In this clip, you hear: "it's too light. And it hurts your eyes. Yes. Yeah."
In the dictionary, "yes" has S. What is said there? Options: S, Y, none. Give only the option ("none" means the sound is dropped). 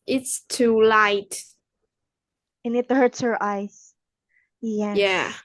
none